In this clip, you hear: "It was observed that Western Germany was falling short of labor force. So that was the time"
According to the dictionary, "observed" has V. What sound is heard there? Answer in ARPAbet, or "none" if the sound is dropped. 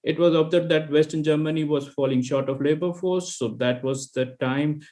none